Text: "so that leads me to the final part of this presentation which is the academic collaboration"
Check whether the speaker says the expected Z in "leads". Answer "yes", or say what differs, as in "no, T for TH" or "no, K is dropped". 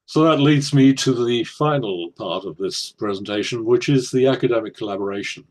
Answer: yes